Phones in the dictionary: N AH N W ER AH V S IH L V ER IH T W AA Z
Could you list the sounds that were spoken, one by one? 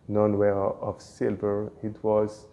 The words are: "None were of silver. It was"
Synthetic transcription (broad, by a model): N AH N W ER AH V S IH L V ER IH T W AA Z